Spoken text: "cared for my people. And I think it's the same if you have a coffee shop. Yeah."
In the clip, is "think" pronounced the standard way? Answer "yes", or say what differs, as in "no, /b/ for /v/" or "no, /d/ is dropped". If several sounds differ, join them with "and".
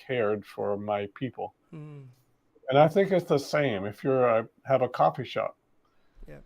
yes